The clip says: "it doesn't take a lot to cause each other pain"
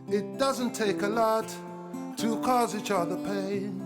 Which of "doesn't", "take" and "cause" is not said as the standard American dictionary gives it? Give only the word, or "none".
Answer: none